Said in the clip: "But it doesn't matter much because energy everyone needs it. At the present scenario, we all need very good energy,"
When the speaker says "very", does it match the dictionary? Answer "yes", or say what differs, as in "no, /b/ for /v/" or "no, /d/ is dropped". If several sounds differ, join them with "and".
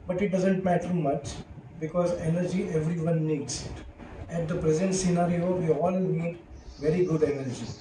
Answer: yes